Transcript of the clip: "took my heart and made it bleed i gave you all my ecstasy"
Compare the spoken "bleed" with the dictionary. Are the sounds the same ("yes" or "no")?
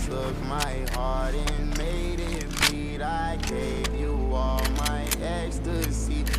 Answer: no